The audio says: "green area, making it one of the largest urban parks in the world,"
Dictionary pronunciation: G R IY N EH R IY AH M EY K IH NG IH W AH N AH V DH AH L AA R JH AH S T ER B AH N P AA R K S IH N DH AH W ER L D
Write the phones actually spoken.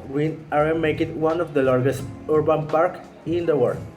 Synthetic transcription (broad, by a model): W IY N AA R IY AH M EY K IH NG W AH N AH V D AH L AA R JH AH S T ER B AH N P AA R K IH N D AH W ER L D